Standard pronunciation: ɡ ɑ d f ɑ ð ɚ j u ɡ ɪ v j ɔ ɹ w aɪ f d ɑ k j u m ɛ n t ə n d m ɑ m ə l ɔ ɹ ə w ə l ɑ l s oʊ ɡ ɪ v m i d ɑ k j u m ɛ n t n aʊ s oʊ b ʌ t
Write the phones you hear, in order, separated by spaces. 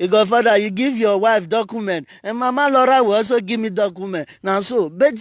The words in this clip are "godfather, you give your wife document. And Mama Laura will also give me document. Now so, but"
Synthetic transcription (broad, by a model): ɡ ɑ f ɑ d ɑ j u ɡ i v j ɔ w aɪ f d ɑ k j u m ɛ n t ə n m ɑ m ə l ɔ ɹ ə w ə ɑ s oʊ ɡ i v m i d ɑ k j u m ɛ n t n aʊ s oʊ b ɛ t